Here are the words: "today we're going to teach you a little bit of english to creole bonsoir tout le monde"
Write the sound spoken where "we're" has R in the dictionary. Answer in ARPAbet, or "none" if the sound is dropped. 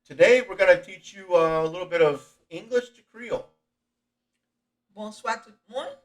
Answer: R